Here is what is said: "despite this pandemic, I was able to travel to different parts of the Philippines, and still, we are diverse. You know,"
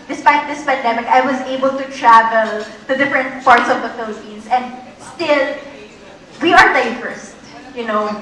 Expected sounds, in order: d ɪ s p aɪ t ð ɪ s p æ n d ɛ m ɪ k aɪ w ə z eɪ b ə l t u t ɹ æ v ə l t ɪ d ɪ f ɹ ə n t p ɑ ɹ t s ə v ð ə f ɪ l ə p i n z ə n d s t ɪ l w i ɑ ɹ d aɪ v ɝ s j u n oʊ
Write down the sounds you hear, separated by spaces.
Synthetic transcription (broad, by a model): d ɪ s p aɪ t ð ɪ s p æ n d ɛ m ɪ k aɪ w ə z eɪ b ə l t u t ɹ æ v ə l t ɪ d ɪ f ɹ ə n t p ɑ ɹ t s ə v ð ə f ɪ l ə p i n s ə n d s t ɪ l w i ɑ ɹ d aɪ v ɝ s j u n oʊ